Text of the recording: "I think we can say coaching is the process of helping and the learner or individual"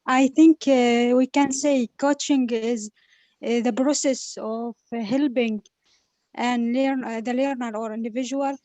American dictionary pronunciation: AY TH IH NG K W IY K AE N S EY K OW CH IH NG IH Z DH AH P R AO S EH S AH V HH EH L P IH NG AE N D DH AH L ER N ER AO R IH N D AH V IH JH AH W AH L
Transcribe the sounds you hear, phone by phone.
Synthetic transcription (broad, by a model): AY TH IH NG K W IY K AE N S EY K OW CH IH NG IH Z DH AH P R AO S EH S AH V HH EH L B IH NG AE N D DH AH L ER N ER AO R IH N D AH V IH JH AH W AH L